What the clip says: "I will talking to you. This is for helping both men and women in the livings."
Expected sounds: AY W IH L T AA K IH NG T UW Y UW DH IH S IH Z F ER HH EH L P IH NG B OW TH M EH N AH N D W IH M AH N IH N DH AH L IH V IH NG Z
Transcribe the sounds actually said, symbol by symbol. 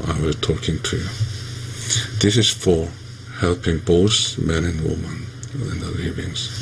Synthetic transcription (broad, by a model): AY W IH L T AA K IH NG T UW Y UW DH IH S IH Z F ER HH EH L P IH NG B OW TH M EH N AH N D W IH M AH N IH N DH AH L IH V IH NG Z